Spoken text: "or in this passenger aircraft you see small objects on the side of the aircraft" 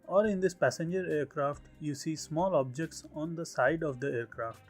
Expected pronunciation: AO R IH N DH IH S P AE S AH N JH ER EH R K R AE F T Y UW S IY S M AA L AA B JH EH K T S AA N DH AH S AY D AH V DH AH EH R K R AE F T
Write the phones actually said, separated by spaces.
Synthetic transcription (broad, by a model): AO R IH N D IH S P AE S AH N JH ER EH R K R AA F T Y UW S IY S M AA L AA B JH EH K T S AA N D AH S AY D AH V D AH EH R K R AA F T